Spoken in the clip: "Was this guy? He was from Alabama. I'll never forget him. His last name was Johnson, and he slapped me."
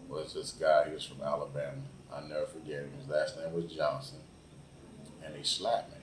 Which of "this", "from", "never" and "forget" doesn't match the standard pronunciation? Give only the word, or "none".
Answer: never